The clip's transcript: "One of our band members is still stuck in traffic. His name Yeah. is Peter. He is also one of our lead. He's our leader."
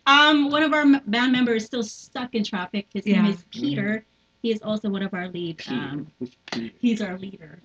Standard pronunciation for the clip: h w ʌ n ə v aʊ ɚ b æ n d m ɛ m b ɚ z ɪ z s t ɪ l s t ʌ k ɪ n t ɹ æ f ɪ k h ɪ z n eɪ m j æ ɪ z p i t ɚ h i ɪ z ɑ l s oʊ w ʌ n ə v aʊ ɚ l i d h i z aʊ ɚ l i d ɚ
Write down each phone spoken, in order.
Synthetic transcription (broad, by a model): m w ʌ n ə v aʊ ɚ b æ n m ɛ m b ɚ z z s t ɪ l s t ʌ k ɪ n t ɹ æ f ɪ k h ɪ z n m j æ ɪ z p i t ɚ h i ɪ z ɑ l s oʊ w ʌ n ə v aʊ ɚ l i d h i z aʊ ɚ l i d ɚ